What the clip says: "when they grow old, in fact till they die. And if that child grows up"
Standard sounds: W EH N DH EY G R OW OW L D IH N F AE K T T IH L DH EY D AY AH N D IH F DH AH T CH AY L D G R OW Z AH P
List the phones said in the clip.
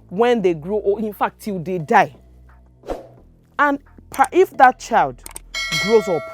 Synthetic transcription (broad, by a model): W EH N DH EY G R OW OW IH N F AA K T T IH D EY D AY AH N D IH F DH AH T CH AY L D G R OW Z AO P